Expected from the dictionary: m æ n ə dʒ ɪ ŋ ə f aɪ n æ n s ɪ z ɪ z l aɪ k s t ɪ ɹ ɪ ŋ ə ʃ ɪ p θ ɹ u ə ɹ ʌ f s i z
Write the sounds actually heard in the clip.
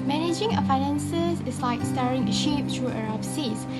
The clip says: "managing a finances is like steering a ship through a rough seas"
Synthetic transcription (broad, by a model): m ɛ n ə dʒ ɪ ŋ ə f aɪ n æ n s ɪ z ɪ s l aɪ k s t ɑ ɹ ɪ ŋ ə ʃ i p t ɹ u ə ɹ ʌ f s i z